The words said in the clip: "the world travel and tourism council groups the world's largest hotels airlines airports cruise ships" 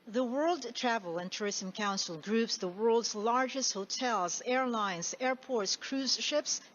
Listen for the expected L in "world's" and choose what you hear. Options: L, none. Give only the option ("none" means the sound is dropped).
L